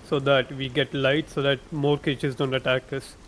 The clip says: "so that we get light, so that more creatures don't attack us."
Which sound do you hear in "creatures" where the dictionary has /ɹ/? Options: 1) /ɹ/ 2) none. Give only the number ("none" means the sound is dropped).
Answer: 2